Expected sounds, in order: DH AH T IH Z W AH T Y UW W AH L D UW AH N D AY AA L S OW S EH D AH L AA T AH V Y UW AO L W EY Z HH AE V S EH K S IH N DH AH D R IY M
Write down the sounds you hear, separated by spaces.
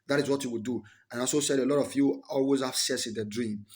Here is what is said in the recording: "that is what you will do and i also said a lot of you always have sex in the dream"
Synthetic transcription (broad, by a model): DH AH T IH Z W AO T Y UW W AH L D UW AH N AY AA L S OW S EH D AH L AA T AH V Y UW AO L W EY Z HH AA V S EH S IH N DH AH D R IY M